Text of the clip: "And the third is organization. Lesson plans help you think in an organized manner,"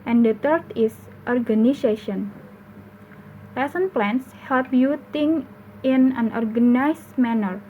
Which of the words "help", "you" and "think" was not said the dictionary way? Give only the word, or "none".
think